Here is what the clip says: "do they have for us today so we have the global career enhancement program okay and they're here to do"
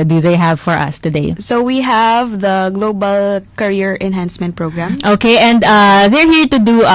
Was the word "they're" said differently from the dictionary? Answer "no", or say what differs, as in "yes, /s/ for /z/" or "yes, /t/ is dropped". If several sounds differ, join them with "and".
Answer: no